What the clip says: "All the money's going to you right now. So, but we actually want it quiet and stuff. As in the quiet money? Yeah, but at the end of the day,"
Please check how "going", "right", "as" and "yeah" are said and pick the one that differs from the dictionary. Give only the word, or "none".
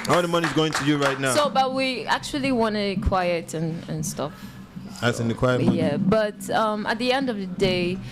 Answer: as